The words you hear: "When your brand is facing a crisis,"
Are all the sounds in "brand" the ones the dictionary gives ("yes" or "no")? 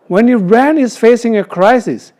no